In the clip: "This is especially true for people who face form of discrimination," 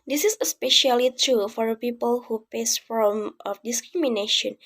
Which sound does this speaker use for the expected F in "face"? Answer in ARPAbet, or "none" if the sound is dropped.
P